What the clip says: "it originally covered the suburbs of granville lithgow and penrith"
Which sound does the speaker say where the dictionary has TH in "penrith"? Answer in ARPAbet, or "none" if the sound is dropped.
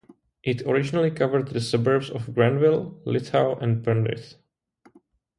S